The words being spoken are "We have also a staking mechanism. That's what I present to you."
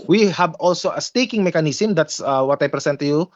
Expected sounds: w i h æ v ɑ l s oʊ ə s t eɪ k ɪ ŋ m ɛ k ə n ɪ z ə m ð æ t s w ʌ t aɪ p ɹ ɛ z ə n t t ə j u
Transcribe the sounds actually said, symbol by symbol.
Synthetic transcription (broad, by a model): w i h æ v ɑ l s oʊ ə s t eɪ k ɪ ŋ m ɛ k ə n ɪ s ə m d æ t s w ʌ t aɪ p ɹ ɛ s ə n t t ə j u